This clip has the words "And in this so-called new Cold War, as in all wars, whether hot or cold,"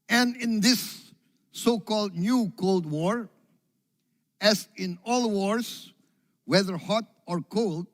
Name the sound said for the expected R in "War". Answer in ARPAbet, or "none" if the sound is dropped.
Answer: R